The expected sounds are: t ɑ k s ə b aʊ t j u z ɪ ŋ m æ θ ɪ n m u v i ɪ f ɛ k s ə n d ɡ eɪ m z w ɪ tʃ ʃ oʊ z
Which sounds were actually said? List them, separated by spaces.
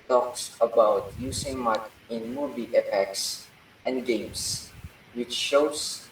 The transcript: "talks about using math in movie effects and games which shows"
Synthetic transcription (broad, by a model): t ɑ k s ə b aʊ t j u s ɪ ŋ m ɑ t ɪ n m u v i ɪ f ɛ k s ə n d ɡ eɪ m s w ɪ tʃ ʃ oʊ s